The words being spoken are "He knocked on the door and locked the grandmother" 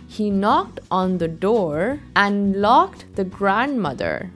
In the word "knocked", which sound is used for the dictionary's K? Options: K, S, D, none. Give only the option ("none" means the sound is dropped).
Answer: K